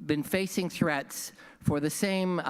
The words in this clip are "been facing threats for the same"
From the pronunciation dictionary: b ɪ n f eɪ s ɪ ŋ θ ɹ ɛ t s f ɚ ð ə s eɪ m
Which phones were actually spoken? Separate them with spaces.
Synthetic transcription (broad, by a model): b ɪ n f eɪ s ɪ ŋ θ ɹ ɛ t s f ɚ ð ə s eɪ m